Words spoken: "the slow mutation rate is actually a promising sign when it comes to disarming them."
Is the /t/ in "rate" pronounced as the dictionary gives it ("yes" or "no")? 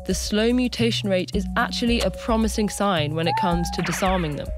yes